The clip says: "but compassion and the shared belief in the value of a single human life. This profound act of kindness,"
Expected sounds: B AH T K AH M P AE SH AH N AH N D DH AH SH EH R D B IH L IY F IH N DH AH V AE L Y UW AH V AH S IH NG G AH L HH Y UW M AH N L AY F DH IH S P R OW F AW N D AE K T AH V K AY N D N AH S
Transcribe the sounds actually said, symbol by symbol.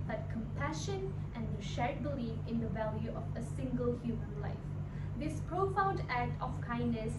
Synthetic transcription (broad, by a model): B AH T K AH M P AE SH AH N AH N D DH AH SH EH R D B IH L IY F IH N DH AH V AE L Y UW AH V AH S IH NG G AH L HH Y UW M AH N L AY F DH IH S P R OW F AW N D AE K T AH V K AY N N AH S